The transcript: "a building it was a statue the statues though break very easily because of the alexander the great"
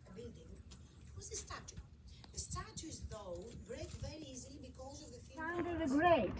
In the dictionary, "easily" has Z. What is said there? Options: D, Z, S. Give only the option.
Z